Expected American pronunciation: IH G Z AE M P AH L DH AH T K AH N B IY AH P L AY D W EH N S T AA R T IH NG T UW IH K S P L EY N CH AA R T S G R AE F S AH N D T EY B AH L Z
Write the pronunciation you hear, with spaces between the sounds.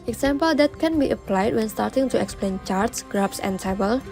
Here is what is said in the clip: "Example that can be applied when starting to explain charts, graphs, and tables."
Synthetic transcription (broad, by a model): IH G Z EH M P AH L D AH T K AH N B IY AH P L AY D W EH N S T AA R T IH NG T UW IH K S P L EY N CH AA R T S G R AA P S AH N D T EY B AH L